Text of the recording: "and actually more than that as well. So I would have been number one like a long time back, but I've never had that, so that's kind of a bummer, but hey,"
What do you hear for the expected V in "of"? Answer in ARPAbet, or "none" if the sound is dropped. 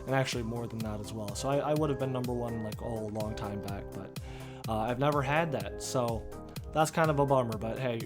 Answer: V